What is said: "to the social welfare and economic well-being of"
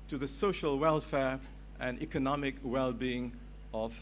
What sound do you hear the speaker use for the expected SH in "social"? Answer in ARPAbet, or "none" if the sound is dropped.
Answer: SH